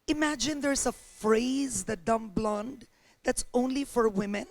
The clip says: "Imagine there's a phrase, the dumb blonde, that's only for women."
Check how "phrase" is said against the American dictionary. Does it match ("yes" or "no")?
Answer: yes